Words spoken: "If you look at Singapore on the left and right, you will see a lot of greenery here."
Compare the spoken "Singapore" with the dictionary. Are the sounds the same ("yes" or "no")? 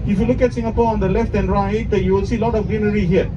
yes